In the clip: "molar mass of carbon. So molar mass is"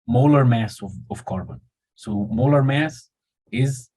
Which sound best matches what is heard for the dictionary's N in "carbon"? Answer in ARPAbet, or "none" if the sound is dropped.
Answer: N